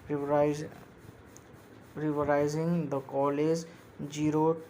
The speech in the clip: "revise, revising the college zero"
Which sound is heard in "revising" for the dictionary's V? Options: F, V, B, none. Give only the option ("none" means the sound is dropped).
none